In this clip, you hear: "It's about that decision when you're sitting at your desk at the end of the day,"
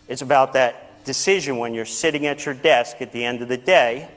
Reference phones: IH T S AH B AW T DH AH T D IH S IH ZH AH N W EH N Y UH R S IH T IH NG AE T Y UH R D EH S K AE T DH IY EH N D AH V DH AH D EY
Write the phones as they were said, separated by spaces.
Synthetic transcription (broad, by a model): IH T S AH B AW T DH AH T D IH S IH ZH AH N W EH N Y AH R S IH T IH NG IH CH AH R D EH S K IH T DH IY EH N D AH V DH AH D EY